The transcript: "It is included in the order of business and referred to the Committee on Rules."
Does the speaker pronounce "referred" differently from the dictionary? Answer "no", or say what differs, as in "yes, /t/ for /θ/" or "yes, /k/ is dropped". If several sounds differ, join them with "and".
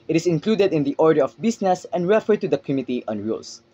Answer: no